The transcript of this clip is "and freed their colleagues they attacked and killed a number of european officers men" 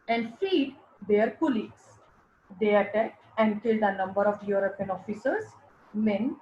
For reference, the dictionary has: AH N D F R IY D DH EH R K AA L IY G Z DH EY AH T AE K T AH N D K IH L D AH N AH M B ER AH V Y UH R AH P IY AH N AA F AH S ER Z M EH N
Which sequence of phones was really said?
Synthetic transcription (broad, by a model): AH N D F IY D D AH R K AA L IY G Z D EY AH T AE K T AH N D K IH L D AH N AH M B ER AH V Y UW R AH P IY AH N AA F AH S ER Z M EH N